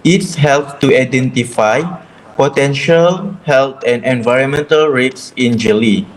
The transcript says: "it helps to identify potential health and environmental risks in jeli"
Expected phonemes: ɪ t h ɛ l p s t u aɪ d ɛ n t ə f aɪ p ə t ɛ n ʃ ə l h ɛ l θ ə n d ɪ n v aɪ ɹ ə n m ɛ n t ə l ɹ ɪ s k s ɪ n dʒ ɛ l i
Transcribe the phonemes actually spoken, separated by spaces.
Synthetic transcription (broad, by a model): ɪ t h ɛ l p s t u aɪ d ɛ n t ə f aɪ p ə t ɛ n ʃ ə l h ɛ l t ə n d ɪ n v aɪ ɹ ə n m ɛ n t ə l ɹ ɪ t s ɪ n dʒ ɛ l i